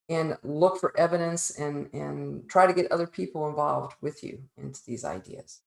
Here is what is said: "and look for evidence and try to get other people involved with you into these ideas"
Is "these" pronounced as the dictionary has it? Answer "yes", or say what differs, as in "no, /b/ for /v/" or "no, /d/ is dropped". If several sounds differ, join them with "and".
yes